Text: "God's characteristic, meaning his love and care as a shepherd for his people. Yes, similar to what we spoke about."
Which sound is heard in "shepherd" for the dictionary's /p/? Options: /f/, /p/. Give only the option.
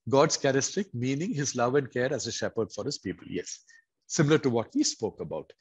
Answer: /p/